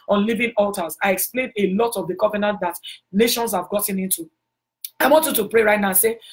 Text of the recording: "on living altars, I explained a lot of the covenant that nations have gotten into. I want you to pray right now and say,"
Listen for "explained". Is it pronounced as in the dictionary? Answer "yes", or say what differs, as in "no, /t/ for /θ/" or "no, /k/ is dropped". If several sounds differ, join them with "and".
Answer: yes